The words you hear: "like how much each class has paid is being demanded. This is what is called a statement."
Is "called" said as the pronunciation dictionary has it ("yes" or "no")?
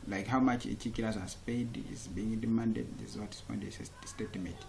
no